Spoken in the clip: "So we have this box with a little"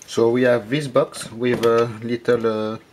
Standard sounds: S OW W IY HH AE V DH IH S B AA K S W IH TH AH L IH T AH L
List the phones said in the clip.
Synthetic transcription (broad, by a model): S OW W IY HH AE V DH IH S B AA K S W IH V AH L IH T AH L